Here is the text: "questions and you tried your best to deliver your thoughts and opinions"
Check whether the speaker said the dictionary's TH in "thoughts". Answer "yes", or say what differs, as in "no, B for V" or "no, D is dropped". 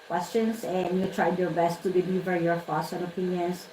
no, F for TH